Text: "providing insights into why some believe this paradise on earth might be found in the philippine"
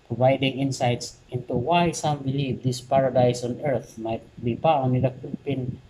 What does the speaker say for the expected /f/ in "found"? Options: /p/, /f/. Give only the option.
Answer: /p/